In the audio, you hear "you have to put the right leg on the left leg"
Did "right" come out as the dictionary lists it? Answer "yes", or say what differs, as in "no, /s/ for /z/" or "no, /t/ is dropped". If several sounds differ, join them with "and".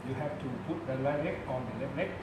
no, /l/ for /ɹ/